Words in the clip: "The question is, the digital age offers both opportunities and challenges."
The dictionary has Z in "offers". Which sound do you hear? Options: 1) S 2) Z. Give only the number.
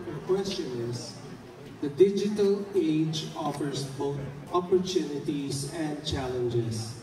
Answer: 1